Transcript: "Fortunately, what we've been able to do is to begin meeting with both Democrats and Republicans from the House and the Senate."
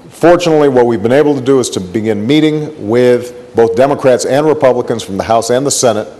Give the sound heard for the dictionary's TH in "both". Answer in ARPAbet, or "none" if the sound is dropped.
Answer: TH